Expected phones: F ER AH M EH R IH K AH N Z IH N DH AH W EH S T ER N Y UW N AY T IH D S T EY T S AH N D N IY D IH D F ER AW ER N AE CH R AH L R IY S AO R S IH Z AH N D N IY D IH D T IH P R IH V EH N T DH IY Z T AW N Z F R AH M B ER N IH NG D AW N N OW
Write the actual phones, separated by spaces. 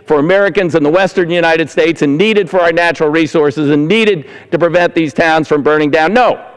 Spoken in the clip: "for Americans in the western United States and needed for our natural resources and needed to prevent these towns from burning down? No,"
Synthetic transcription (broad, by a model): F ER AH M EH R IH K AH N Z IH N DH AH W EH S T ER N Y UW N AY T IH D S T EY T S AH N N IY D IH D F ER AW ER N AE CH R L R IY S AO R S IH Z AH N N IY D IH D T IH P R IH V EH N DH IY Z T AW N Z F R AH M B ER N IH NG D AW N N OW